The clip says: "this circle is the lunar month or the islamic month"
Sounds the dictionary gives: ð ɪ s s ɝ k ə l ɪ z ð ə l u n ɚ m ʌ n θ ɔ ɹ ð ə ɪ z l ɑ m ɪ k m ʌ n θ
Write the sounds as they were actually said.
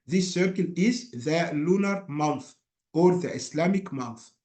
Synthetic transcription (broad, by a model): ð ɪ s s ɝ k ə l ɪ z ð ə l u n ɚ m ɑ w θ ɔ ɹ ð ə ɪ s l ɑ m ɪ k m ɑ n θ